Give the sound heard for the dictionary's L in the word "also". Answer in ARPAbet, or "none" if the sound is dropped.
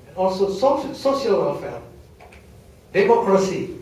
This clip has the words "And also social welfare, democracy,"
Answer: none